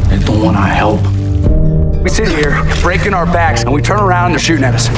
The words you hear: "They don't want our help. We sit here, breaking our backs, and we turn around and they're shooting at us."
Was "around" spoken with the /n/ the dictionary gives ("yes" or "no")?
no